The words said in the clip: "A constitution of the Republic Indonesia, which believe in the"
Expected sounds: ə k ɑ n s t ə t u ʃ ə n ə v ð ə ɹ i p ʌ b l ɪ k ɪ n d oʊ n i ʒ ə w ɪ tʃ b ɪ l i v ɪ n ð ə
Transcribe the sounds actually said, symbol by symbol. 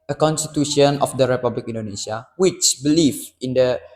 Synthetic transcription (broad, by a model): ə k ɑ n s t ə t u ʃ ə n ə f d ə ɹ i p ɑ b l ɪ k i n d oʊ n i s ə w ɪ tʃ b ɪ l i f ɪ n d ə